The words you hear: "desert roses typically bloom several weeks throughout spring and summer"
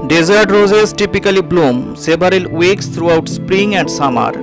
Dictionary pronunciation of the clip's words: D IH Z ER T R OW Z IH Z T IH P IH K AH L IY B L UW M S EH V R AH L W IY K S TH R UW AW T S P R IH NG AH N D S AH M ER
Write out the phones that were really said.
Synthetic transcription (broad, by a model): D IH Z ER T R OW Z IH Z T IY P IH K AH L IY B L UW M S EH B R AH L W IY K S T R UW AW T S P R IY NG AH N D S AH M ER